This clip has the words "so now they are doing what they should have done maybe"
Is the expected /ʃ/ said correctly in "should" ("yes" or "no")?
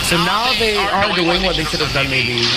no